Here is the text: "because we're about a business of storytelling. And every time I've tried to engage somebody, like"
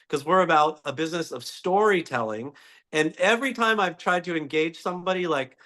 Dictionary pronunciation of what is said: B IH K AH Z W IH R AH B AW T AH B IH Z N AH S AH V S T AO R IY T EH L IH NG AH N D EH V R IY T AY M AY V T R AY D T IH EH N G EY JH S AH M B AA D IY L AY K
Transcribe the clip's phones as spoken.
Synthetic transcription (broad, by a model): K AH Z W IH R AH B AW T AH B IH Z N AH S AH V S T AO R IY T EH L IH NG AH N EH V R IY T AY M AY V T R AY D T IH EH N G EY JH S AH M B AA D IY L AY K